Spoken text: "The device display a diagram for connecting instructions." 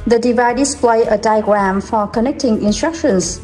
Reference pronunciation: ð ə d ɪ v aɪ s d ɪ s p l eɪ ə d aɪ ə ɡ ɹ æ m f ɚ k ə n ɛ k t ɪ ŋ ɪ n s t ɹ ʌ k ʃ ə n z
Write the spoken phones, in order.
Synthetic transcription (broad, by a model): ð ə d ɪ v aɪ d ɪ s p l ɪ ə d aɪ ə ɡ ɹ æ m f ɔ k ə n ɛ k t ɪ ŋ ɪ n s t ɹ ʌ k ʃ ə n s